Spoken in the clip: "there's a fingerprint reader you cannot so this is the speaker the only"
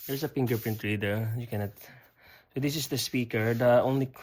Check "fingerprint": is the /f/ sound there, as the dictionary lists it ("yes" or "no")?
no